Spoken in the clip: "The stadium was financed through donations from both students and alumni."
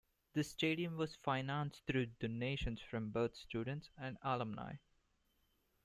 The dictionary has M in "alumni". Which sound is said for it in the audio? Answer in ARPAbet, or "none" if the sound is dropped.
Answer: M